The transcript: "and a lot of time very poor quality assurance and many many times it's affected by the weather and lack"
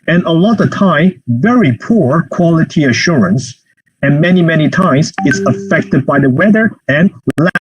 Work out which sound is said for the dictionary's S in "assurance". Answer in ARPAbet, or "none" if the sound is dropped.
S